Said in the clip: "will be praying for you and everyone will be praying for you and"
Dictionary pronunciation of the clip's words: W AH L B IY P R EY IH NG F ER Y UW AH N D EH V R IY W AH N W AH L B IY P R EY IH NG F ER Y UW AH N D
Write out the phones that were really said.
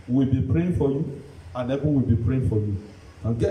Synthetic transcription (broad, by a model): W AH L B IY P R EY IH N F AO Y UW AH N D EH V IY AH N W AH L B IY P R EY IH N F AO Y UW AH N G